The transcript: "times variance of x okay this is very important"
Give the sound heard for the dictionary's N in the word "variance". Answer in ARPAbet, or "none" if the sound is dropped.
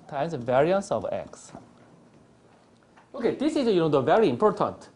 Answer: N